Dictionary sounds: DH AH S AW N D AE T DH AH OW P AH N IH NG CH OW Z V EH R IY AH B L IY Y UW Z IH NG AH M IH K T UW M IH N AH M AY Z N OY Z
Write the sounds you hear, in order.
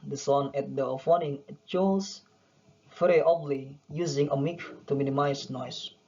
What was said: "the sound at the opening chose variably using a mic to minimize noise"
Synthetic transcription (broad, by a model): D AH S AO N EH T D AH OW F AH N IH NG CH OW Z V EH R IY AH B L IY Y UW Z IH NG AH M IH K T UW M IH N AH M AY S N OY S